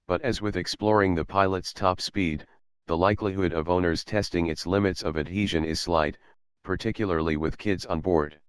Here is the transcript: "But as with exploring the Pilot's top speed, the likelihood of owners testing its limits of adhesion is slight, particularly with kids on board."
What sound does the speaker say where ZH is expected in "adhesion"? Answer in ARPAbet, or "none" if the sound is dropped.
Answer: ZH